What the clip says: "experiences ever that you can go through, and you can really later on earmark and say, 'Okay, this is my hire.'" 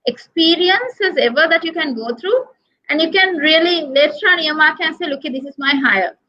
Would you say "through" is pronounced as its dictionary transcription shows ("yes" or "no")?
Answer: no